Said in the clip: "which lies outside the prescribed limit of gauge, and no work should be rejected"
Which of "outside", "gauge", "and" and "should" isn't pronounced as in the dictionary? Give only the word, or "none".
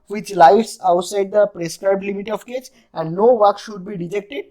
gauge